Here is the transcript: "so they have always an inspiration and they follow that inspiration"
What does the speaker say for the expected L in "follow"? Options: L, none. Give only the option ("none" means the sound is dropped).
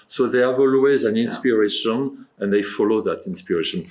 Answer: L